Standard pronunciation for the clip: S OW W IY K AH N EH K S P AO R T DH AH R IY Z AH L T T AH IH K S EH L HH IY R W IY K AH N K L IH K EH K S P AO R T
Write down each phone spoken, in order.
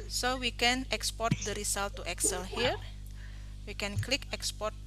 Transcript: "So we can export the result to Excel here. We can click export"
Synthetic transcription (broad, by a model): S OW W IY K AH N EH K S P AO R T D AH R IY S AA L T T AH K S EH L HH IY R W IY K AH N K L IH K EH K S P AO R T